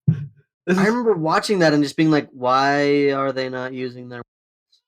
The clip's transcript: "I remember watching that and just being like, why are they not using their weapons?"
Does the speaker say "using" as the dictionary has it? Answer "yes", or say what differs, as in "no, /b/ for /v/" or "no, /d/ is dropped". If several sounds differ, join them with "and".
yes